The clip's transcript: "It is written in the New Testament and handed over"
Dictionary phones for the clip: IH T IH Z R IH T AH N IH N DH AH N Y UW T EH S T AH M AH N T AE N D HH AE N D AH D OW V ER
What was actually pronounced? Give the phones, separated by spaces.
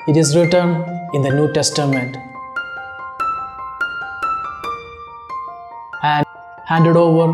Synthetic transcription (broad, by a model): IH T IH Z R IH T AH N IH N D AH N Y UW T EH S T AH M AH N T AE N HH AE N D AH D OW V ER